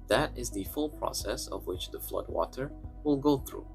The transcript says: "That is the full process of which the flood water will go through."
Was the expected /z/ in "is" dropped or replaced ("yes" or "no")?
no